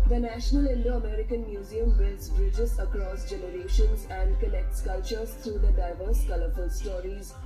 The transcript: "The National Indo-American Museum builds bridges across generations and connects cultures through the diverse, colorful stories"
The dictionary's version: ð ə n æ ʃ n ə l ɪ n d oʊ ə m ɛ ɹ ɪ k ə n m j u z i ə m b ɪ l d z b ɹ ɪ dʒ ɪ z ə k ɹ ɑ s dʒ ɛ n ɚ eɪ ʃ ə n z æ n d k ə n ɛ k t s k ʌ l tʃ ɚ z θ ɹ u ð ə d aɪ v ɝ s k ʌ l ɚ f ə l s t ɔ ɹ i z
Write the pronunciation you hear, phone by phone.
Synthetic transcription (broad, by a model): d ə n æ ʃ n ə l ɪ n d oʊ ə m ɛ ɹ ɪ k ə n m j u z i ə m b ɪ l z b ɹ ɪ dʒ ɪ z ə k ɹ ɑ s dʒ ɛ n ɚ eɪ ʃ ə n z æ n d k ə l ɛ k t s k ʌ l tʃ ɚ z t ɹ u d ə d aɪ v ɝ s k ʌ l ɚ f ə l s t ɔ ɹ i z